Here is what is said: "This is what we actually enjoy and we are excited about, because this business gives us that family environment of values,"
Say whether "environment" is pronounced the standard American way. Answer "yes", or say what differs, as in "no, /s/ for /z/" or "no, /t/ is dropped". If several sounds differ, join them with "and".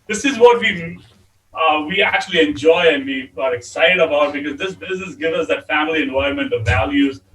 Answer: no, /ɹ/ is dropped